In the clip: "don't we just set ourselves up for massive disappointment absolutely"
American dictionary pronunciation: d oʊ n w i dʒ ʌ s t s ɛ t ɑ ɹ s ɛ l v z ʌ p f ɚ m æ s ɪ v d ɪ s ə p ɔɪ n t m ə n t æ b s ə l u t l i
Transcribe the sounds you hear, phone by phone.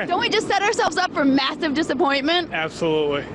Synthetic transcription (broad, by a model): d oʊ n w i dʒ ʌ s t s ɛ t ɑ ɹ s ɛ l v z ʌ p f ɚ m æ s ɪ v d ɪ s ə p ɔɪ n m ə n t æ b s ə l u t l i